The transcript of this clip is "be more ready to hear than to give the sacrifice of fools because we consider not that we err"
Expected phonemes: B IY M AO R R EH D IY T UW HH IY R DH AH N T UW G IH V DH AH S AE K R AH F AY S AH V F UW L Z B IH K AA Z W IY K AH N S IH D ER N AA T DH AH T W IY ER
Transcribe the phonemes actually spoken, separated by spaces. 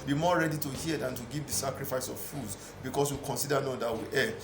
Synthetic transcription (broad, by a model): B IY M AO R R EH D IY T UW HH IY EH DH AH N T UW G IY V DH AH S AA K R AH F AY S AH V F UW Z B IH K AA S W IY K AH N S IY D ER N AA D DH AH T W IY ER